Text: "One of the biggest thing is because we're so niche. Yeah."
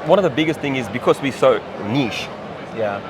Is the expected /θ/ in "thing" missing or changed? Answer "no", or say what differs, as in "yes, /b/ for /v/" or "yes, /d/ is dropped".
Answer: no